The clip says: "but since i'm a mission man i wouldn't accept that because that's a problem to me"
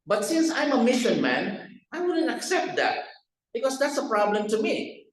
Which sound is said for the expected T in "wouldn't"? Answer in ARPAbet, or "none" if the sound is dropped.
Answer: T